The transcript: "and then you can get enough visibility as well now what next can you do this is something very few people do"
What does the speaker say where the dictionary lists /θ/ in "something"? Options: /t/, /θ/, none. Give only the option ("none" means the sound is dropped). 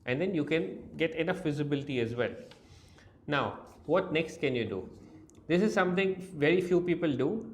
/t/